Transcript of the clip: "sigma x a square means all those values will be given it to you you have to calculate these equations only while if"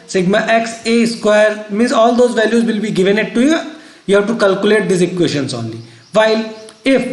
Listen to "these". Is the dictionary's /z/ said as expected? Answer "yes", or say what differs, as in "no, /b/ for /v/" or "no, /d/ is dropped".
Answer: no, /s/ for /z/